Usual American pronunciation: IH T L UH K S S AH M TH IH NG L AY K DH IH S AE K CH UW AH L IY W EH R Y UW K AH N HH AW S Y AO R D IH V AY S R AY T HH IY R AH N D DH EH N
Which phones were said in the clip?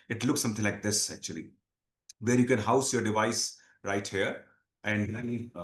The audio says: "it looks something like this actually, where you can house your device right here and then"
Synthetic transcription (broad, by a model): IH T L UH K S S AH M T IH L AY K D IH S AE K CH UW AH L IY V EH R Y UW K AH N HH AW S Y AO R D IH V AY S R AY T HH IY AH D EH N